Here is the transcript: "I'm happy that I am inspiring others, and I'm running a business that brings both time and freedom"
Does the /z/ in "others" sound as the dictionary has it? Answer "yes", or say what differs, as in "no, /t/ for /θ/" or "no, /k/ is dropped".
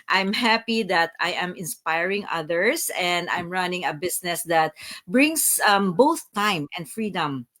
no, /s/ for /z/